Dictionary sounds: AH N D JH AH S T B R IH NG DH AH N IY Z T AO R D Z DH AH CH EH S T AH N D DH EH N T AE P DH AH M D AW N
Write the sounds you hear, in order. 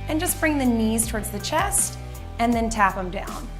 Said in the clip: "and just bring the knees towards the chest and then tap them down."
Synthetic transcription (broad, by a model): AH N JH AH S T B R IH NG DH AH N IY Z T AO R D Z DH AH CH EH S T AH N DH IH N T AE P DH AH M D AW N